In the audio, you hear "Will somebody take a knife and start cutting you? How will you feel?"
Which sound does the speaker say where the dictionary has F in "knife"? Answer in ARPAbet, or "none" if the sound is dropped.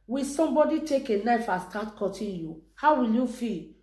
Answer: F